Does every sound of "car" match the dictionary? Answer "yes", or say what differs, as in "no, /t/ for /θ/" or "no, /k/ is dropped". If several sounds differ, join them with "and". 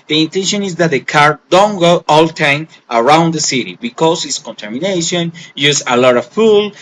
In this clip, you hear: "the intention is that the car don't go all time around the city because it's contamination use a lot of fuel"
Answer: yes